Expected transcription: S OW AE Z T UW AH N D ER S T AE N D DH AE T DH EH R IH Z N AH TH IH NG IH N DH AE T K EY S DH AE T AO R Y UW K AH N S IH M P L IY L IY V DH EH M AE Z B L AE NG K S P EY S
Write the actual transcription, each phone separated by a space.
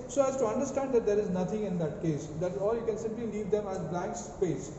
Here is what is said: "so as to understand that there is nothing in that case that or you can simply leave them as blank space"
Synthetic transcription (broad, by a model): S OW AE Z T UW AH N D ER S T AE N D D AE T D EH R IH Z N AH T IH NG IH N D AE T K EY S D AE T AO L Y UW K AH N S IH M P L IY L IY V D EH M AE Z B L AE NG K S P EY S